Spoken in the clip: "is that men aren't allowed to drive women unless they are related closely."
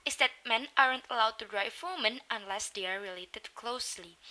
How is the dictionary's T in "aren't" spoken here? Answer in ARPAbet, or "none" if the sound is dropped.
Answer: T